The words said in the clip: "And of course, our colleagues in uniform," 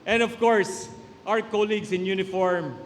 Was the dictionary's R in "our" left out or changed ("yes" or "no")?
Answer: yes